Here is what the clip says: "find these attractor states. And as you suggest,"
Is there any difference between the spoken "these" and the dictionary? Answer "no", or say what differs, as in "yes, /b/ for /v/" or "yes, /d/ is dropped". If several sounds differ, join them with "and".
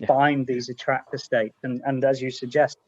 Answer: no